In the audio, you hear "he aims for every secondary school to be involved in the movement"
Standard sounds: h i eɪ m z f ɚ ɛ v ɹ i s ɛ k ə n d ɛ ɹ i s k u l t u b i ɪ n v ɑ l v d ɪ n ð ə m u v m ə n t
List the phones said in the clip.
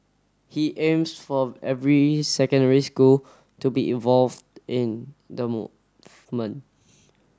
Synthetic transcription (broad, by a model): h i eɪ m s f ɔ ɛ v ɹ i s ɛ k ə n d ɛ ɹ i s k u l t u b i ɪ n v ɑ l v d ɪ n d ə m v m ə n